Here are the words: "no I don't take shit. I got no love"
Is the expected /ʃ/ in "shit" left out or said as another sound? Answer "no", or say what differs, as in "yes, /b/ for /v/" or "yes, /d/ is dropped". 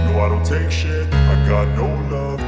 no